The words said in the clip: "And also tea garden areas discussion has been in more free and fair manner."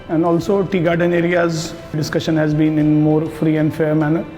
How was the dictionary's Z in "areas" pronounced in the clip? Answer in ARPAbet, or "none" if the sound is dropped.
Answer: Z